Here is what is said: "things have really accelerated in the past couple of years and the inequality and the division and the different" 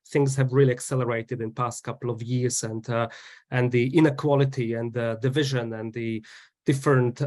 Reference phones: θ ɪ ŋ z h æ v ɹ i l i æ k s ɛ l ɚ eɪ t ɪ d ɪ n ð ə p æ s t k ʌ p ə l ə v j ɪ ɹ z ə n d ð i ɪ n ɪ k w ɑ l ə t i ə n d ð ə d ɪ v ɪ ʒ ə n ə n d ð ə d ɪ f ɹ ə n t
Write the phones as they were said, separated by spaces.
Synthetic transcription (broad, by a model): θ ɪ ŋ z h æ v ɹ i l i æ k s ɛ l ɚ eɪ t ɪ d ɪ n p æ s t k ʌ p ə l ə v j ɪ ɹ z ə n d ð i ɪ n ɪ k w ɑ l ə t i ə n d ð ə d ɪ v ɪ ʒ ə n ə n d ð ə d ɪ f ɹ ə n t